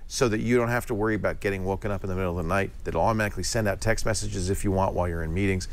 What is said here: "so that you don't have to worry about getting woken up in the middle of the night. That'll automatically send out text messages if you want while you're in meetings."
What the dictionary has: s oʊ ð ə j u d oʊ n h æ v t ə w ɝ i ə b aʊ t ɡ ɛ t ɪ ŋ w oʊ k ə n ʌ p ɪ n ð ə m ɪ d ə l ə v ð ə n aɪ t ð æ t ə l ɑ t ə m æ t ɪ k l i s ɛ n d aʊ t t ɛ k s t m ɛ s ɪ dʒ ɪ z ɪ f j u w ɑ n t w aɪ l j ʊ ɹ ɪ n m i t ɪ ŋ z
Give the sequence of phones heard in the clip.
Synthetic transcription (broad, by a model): s oʊ ð ə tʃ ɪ d oʊ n h æ f t ə w ɝ i ə b aʊ t ɡ ɛ t ɪ ŋ w oʊ k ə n ʌ p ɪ n ð ə m ɪ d l ə v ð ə n aɪ t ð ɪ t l ɑ t ə m æ t ɪ k l i s ɛ n d aʊ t t ɛ k s t m ɛ s ɪ dʒ ɪ z ɪ f j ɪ w ɑ n t w aɪ l j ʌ ɹ ɪ n m i t ɪ ŋ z